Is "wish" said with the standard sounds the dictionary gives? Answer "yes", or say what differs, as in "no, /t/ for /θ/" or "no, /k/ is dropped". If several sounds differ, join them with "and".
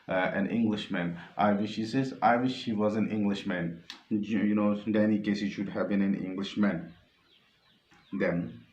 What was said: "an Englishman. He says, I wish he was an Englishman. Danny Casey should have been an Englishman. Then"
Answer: yes